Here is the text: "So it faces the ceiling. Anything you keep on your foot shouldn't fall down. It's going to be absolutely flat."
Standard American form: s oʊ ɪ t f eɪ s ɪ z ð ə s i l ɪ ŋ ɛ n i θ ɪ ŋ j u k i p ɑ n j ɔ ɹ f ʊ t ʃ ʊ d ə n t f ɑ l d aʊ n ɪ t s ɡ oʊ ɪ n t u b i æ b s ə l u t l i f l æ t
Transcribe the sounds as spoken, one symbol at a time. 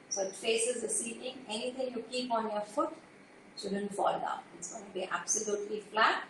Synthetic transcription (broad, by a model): s oʊ ɪ t f eɪ s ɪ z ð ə s i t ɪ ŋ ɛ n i t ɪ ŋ j u k i p ɑ n j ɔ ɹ f ʊ t s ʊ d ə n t f ɑ l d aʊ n ɪ t s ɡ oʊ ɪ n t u b i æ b s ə l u t l i f l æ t